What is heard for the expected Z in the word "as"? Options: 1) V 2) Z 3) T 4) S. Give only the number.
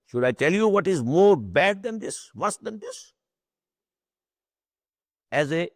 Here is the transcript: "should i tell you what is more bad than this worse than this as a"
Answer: 2